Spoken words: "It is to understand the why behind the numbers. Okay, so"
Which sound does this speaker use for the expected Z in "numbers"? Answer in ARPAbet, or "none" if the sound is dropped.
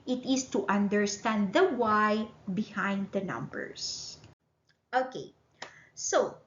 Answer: S